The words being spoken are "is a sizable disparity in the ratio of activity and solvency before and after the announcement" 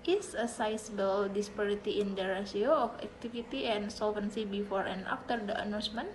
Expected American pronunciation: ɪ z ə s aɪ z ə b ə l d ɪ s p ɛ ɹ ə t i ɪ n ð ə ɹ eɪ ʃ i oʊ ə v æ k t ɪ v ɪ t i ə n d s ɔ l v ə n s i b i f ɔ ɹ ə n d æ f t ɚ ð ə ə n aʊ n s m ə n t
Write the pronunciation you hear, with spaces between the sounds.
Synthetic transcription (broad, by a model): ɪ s ə s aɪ s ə b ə l d ɪ s p ɛ ɹ ə t i ɪ n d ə ɹ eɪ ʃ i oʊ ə f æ k t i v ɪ t i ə n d s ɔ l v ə n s i b i f ɔ ɹ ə n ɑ f t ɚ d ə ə n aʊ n s m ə n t